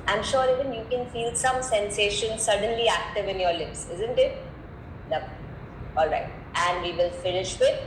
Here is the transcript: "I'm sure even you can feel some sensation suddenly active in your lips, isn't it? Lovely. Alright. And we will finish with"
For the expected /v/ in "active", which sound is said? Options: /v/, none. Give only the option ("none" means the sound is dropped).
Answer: /v/